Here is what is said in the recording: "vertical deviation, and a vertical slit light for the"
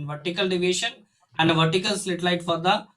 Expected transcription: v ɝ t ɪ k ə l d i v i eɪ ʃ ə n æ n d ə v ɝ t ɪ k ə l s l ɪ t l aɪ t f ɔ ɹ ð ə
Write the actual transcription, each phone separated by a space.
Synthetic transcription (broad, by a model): v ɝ t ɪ k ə l d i v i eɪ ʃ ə n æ n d ə v ɝ t ɪ k ə l s l ɪ t l aɪ t f ɔ ɹ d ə